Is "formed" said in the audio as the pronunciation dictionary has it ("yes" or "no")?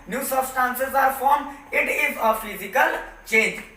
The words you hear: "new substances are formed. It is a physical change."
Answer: no